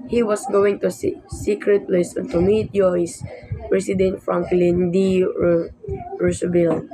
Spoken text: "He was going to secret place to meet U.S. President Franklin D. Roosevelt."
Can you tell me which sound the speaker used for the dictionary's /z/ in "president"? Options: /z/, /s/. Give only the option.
/s/